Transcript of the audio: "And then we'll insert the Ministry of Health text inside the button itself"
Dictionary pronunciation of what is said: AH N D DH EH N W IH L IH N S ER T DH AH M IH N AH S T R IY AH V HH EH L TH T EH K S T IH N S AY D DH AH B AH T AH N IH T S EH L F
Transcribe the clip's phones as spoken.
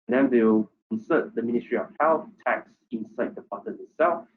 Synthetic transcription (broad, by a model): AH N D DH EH N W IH W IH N S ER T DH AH M IH N AH S T R IY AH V HH EH L TH T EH K S IH N S AY D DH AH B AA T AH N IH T S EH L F